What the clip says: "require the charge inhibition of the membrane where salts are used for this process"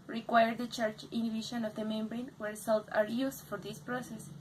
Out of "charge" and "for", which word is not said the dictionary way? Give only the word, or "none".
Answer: charge